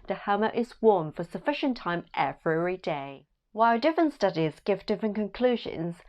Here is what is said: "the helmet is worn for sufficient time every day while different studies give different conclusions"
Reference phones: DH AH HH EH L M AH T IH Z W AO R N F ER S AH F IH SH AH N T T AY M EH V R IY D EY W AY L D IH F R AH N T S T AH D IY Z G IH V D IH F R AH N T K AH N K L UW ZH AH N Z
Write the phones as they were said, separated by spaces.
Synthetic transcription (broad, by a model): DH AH HH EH M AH T IH Z W AO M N F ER S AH F IH SH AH N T T AY M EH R R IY D EY W AY L D IH F R AH N T S T AH D IY Z G IH V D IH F R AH N K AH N K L UW ZH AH N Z